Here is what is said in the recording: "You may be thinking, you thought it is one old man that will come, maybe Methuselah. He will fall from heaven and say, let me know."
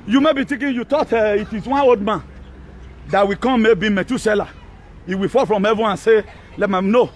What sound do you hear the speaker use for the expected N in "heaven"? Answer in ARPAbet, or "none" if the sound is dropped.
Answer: none